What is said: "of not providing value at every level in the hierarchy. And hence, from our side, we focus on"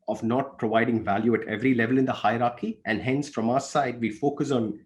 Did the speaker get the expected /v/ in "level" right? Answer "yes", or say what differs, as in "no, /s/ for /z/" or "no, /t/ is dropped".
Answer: yes